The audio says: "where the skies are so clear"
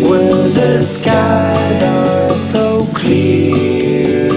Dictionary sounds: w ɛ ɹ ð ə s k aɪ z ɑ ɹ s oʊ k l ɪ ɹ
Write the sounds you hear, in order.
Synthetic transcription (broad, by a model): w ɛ ð ə s k aɪ z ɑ l s oʊ k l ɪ